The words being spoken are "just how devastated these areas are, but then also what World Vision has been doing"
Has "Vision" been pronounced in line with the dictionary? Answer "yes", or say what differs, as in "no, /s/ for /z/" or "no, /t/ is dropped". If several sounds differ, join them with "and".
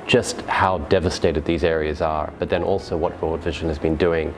yes